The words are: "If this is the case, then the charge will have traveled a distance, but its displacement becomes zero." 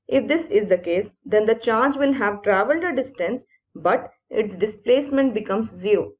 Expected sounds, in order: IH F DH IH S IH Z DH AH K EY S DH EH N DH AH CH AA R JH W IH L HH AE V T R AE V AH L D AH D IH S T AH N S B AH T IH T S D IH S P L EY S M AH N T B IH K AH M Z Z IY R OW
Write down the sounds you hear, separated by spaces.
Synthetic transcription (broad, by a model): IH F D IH S IH Z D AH K EY S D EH N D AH CH AA R JH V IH L HH AE V T R AE V AH L D AH D IH S T AH N S B AH T IH T S D IH S P L EY S M AH N T B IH K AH M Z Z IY R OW